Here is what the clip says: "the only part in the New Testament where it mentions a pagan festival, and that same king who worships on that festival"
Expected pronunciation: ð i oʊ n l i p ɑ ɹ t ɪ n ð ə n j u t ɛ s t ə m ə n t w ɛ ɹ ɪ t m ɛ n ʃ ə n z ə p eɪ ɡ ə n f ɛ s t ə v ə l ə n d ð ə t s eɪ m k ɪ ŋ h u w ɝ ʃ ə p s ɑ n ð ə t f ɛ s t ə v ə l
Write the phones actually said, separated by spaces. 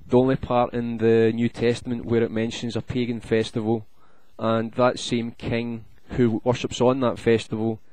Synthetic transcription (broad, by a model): ð i oʊ n l i p ɑ ɹ t ɪ n ð ə n j u t ɛ s t ə m ə n t w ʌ ɹ ɪ t m ɛ n ʃ ə n z ə p eɪ ɡ ə n f ɛ s t ə v ə l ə n ð ə t s eɪ m k ɪ ŋ h u w ɝ ʃ ə p s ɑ n ð ə t f ɛ s t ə v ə l